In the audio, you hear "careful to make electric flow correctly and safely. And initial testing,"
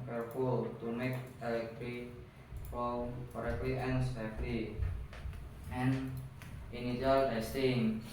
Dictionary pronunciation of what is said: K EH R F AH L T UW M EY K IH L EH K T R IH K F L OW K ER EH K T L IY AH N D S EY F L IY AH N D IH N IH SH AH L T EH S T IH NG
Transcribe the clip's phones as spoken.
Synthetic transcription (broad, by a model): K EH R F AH L T UW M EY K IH L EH K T R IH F OW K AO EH K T L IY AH N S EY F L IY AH N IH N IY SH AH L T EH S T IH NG